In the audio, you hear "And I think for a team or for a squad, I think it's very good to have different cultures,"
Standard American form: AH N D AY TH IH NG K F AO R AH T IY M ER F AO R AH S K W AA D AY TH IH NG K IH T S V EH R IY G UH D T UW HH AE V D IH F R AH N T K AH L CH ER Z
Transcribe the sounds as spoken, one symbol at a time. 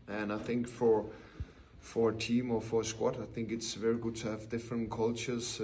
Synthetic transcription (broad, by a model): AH N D AY TH IH NG K F AO R AH T IY M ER F AO R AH S K W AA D AY TH IH NG K IH T S V EH R IY G UH D T UW HH AE V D IH F R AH N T K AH L CH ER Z